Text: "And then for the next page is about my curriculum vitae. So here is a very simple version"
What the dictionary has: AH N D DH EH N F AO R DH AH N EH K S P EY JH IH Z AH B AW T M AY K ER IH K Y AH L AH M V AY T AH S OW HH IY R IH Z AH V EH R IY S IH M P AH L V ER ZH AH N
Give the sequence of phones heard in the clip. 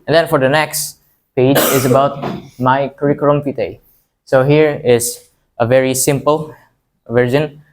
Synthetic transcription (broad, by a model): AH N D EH N F AO R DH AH N EH K S P EY JH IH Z AH B AW T M AY K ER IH K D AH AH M F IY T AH S OW HH IY R IH Z AH V EH R IY S IH M P AH L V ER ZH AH N